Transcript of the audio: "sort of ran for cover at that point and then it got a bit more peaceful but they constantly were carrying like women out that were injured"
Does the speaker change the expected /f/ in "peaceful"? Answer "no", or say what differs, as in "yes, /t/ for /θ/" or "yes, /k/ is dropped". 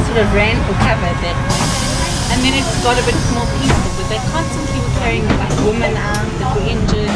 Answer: yes, /f/ is dropped